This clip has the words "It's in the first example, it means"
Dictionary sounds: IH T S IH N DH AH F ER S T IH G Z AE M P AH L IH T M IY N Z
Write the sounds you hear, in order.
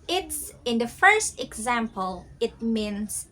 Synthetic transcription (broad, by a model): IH T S IH N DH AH F ER S T IH G Z AE M P AH L IH T M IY N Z